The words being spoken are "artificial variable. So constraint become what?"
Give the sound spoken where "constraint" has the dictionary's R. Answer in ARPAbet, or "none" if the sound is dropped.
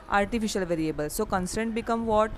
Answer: none